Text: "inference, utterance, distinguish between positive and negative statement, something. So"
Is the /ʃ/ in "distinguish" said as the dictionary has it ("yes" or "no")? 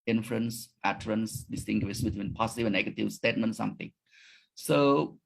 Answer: no